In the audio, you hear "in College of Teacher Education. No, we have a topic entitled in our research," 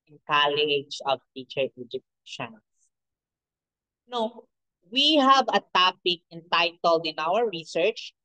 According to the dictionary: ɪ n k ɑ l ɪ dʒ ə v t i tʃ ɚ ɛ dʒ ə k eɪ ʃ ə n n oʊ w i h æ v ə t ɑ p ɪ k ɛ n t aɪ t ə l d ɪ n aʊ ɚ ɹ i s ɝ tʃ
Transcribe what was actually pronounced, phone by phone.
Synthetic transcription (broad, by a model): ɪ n k ɑ l ɪ dʒ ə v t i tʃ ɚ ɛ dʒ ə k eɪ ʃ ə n n oʊ w i h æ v ə t ɑ p ɪ k ɛ n t aɪ t ə l d ɪ n aʊ ɚ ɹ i s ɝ tʃ